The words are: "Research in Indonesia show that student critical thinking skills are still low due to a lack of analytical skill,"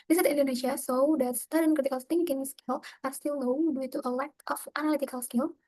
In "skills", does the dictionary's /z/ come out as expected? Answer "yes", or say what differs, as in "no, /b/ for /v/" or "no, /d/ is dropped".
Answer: no, /z/ is dropped